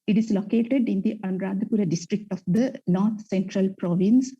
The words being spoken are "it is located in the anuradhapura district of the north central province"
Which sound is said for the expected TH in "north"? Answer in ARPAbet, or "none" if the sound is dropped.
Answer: T